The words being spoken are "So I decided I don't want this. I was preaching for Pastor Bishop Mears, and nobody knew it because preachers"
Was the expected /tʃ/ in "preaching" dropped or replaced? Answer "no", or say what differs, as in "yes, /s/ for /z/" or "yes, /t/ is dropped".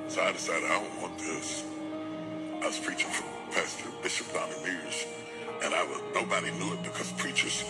no